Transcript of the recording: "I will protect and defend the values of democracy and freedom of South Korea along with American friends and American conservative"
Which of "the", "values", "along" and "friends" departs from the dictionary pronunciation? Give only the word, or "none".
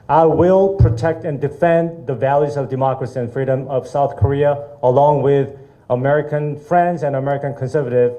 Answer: none